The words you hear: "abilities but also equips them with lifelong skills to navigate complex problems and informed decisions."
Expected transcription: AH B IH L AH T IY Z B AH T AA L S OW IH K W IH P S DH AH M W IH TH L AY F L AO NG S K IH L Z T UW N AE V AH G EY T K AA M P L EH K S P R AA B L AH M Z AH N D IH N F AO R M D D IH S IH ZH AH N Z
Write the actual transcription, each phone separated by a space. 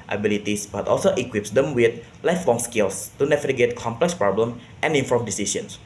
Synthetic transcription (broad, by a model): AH B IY L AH T IY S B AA T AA L S OW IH K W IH P S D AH M W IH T L AY F L AO NG S K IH L S T UW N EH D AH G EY T K AA M P L EH K S P R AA B L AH M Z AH N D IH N F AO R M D D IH S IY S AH N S